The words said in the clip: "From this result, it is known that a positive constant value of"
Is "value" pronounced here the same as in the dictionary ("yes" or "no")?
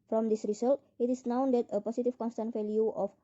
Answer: no